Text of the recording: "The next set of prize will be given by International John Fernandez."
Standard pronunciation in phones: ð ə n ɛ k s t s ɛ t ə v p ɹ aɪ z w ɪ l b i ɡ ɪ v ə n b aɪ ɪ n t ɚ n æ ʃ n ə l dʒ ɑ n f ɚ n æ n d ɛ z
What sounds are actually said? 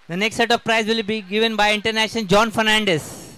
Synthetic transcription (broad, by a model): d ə n ɛ k s t s ɛ t ə v p ɹ aɪ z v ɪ l b i ɡ ɪ v ə n b aɪ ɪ n t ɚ n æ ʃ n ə n dʒ ɑ n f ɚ n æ n d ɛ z